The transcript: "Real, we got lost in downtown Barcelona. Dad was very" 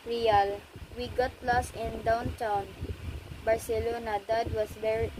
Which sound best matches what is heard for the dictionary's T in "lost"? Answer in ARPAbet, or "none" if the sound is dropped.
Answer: none